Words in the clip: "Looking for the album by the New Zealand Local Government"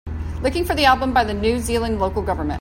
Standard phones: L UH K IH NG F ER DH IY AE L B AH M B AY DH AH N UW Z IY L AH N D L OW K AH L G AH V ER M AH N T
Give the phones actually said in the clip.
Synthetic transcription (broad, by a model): L UH K IH NG F ER DH IY AE L B AH M B AY DH AH N UW Z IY L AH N L OW K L G AH V ER M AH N